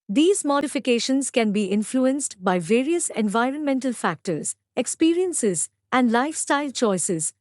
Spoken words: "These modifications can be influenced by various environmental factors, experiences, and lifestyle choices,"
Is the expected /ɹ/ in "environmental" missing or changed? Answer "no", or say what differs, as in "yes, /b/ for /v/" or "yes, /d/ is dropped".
no